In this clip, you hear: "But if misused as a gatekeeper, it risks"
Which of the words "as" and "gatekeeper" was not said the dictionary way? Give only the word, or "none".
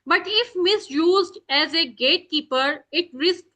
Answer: none